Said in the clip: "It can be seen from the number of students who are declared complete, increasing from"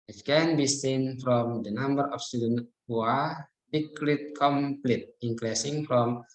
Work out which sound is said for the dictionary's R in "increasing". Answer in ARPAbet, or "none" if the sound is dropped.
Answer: L